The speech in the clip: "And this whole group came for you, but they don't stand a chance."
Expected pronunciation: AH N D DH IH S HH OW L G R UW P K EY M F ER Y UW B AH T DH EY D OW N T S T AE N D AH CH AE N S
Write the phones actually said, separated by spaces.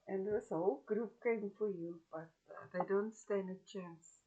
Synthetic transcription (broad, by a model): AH N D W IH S HH OW L G R UW P K EY M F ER Y UW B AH T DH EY D OW N T S T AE N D AH CH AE N S